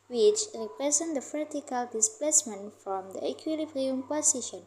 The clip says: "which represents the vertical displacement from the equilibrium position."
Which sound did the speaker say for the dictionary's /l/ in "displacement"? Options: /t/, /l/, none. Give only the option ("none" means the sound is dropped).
/l/